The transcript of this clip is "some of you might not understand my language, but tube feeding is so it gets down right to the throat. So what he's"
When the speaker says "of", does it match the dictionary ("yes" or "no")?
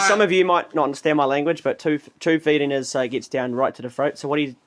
yes